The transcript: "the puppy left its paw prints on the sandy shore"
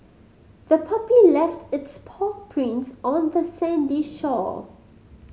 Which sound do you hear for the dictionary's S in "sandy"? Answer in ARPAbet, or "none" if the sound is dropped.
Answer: S